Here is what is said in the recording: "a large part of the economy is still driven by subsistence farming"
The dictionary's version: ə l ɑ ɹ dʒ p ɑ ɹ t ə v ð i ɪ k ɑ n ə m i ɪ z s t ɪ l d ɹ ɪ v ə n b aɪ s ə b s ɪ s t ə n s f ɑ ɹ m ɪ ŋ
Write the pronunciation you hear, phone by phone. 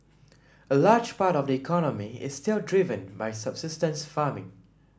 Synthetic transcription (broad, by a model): ə l ɑ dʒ p ɑ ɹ t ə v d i ɪ k ɑ n ə m i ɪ s t ɪ l d ɹ ɪ v ə n b aɪ s ə b s ɪ s t ə n s f ɑ m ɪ ŋ